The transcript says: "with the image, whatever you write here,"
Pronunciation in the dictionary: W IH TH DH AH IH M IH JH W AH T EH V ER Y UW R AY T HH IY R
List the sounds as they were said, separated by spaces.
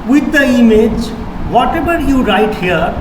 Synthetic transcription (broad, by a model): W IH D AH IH M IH JH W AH T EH B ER Y UW R AY T HH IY R